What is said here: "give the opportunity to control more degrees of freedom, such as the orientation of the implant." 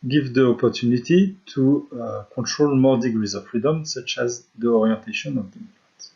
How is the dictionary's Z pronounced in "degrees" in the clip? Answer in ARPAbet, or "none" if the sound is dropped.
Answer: Z